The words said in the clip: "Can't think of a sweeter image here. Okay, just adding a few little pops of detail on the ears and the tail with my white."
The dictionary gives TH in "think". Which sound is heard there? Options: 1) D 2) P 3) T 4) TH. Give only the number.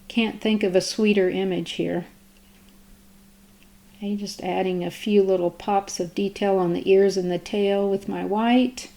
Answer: 4